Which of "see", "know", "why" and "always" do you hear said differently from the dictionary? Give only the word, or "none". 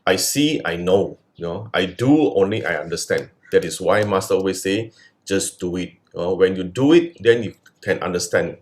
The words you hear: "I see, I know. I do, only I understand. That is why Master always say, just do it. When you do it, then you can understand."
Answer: always